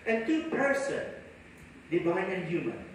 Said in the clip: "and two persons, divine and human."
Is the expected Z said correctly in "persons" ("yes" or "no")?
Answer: no